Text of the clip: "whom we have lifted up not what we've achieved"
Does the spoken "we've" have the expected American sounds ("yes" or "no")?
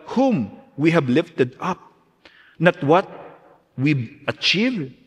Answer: no